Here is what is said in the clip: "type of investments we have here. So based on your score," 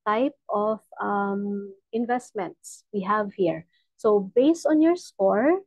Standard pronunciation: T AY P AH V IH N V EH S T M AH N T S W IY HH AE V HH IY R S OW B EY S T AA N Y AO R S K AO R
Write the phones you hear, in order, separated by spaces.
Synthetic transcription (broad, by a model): T AY P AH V IH N V EH S T M AH N T S W IY HH AE V HH IY R S OW B EY S T AA N Y AO R S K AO R